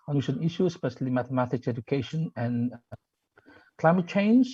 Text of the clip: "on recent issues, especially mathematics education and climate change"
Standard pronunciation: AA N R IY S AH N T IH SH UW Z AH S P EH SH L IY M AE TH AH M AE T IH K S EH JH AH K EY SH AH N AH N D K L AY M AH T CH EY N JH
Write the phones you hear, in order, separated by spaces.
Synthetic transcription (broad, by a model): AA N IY SH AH N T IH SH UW S P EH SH L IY M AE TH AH M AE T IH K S EH JH AH K EY SH AH N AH N K L AY M AH T CH EY N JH